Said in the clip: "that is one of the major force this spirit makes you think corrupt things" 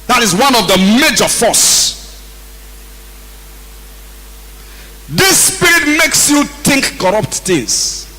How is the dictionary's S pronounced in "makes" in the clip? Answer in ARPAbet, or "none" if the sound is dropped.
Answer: S